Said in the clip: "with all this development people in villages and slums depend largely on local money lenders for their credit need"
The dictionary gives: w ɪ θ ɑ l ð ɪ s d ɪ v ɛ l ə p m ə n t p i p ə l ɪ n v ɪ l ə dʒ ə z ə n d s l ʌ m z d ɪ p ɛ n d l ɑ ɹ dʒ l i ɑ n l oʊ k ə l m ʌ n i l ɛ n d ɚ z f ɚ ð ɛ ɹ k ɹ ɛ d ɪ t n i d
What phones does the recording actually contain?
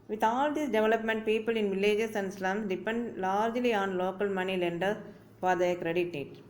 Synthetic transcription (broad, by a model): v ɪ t ɑ l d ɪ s d ɪ v ɛ l ə p m ə n t p i p ə l ɪ n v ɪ l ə dʒ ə s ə n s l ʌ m s d ɪ p ɛ n d l ɑ ɹ dʒ l i ɑ n l oʊ k ə l m ʌ n i l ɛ n d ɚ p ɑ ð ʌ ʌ k ɹ ɛ d ɪ t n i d